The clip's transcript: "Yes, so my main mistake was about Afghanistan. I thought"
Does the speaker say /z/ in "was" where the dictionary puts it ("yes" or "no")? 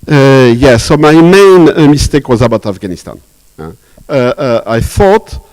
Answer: yes